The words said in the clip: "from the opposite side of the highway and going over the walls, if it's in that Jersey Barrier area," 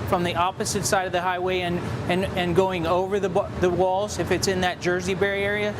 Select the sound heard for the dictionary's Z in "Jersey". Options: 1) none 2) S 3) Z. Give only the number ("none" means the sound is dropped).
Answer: 3